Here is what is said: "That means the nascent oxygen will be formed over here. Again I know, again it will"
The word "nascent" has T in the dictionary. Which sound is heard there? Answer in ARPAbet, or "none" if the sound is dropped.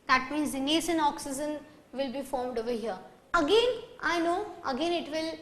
none